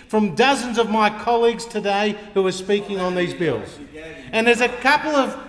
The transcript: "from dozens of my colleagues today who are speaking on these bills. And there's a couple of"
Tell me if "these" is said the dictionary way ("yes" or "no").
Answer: yes